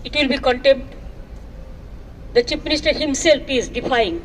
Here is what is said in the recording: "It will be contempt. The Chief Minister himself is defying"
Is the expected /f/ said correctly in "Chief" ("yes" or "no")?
no